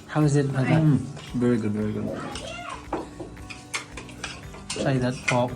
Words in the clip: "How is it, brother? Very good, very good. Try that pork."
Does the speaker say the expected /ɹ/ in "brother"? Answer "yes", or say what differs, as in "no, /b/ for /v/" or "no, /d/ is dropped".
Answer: no, /ɹ/ is dropped